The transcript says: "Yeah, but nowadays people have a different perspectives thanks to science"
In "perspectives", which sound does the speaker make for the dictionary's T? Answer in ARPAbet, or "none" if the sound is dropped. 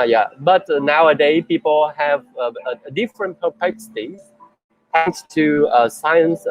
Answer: S